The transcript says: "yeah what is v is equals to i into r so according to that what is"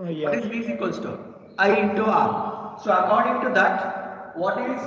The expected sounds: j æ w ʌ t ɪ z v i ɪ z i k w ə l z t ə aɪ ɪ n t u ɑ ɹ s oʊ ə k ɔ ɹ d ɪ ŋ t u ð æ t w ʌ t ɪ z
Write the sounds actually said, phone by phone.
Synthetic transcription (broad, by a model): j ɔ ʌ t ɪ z b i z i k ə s t ə aɪ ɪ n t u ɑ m s oʊ ə k ɔ ɹ d ɪ ŋ t u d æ t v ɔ t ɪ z